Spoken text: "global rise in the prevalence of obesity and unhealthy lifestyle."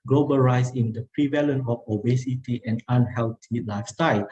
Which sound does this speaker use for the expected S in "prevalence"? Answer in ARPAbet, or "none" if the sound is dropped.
none